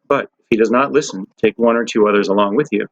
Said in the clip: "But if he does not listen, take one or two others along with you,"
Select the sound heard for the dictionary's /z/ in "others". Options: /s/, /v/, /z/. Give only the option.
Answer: /z/